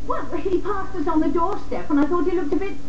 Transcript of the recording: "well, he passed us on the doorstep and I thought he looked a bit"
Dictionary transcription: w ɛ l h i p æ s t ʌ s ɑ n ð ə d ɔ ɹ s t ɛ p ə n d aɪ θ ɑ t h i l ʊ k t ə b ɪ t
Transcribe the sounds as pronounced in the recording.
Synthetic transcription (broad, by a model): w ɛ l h i p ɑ s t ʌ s n ð ə d ɔ ɹ s t ɛ p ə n aɪ θ ɑ t h i l ʊ k t ə b ɪ t